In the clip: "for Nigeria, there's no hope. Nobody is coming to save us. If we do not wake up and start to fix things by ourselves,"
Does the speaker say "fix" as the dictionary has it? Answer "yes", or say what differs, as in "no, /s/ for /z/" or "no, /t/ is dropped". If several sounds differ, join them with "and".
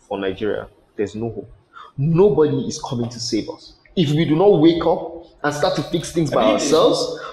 yes